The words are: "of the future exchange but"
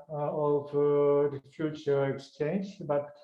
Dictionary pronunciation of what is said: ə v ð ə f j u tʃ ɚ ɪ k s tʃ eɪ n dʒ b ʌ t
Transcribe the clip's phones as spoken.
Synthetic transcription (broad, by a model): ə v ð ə f j u tʃ ɚ ɪ k s tʃ eɪ n dʒ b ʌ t